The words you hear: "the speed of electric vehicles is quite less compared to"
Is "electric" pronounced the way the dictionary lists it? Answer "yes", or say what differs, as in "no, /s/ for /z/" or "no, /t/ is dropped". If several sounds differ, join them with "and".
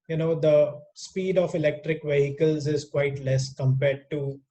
yes